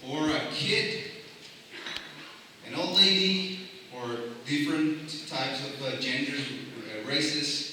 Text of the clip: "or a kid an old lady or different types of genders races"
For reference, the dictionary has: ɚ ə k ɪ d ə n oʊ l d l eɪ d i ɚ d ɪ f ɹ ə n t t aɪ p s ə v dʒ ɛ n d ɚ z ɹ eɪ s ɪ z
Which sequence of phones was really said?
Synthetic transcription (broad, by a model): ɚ ə k ɪ d ə n oʊ l d l eɪ d i ɚ d ɪ f ɹ ə n t t aɪ p s ə v dʒ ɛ n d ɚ ɹ eɪ s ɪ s